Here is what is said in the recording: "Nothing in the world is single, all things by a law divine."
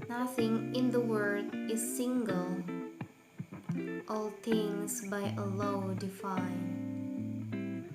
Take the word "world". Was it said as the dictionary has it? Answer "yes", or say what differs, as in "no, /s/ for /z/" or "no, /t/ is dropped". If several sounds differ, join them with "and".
no, /l/ is dropped